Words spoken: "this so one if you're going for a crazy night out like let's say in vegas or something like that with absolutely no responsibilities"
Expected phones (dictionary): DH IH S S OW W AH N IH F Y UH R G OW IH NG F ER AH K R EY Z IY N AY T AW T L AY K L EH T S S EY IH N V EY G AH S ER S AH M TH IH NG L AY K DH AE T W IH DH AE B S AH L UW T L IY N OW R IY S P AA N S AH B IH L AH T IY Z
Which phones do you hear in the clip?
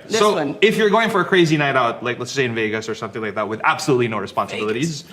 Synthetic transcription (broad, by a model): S S OW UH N IH F Y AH R G OW IH NG F ER AH K R EY Z IY N AY T AW T L AY K L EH T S S EY IH N V EY G AH S ER S AH M TH IH NG L AY K DH AE T W IH DH AE B S AH L UW T L IY N OW R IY S P AA N S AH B IH L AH T IY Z